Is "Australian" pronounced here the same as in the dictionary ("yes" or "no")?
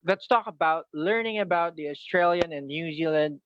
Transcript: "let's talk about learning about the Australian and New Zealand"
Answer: yes